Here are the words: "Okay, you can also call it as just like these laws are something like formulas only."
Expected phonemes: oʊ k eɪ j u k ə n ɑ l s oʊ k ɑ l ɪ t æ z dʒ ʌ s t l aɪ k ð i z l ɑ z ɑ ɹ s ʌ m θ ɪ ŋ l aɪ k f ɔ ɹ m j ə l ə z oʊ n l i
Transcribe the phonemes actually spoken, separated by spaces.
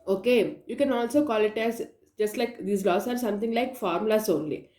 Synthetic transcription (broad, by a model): oʊ k eɪ j u k ə n ɑ l s oʊ k ɑ l ɪ t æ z dʒ ʌ s t l aɪ k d i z l ɑ s ɑ ɹ s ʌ m t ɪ ŋ l aɪ k f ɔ ɹ m l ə s oʊ n l i